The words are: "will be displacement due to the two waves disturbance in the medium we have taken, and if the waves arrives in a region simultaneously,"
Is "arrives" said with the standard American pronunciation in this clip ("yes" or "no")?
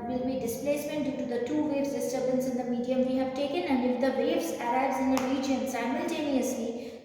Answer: no